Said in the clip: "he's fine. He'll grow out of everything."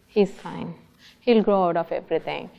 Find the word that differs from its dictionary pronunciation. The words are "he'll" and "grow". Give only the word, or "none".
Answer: none